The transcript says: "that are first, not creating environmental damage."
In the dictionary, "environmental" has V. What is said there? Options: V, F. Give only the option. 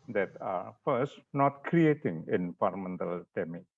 F